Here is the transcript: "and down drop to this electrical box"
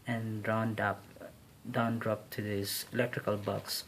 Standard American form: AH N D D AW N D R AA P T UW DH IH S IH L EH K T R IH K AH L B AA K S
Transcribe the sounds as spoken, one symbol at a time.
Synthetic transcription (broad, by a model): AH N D D AW N D R AA P T UW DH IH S IH L EH K T R IH K AH L B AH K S